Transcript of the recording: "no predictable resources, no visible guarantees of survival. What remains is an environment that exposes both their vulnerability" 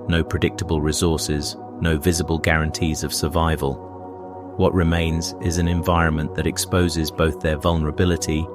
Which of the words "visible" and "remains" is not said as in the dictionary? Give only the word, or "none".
none